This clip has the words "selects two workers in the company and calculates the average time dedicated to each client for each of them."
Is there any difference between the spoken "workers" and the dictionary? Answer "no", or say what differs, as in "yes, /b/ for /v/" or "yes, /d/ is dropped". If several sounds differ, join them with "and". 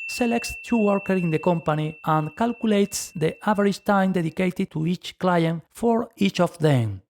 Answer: yes, /z/ is dropped